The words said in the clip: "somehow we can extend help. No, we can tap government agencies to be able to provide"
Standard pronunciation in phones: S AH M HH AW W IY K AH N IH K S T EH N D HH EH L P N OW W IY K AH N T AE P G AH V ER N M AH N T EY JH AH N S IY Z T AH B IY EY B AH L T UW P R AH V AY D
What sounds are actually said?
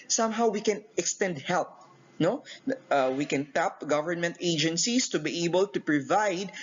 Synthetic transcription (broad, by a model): S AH M HH AW W IY K AH N IH K S T EH N D HH EH L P N OW W IY K AH N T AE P G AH V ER N M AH N T EY JH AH N S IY S T AH B IY EY B AH L T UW P R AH V AY D